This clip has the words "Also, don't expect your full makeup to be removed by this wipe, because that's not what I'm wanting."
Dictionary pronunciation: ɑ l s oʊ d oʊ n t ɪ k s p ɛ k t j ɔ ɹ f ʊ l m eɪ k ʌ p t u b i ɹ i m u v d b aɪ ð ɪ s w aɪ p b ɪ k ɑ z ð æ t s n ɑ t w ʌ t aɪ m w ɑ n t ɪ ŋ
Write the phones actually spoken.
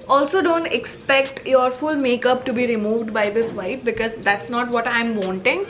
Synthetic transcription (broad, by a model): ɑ l s oʊ d oʊ n t ɪ k s p ɛ k t j ɔ ɹ f ʊ l m eɪ k ʌ p t u b i ɹ i m u v d b aɪ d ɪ s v aɪ f b ɪ k ɑ z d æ t s n ɑ t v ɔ t aɪ m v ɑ n t ɪ ŋ